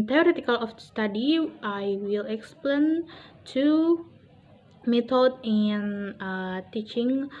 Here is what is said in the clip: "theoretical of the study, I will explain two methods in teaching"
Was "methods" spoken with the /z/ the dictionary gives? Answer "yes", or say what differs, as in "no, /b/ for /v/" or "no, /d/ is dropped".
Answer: no, /z/ is dropped